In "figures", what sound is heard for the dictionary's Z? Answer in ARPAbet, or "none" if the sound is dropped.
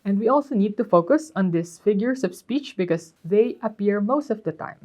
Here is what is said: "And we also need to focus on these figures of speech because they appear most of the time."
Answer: S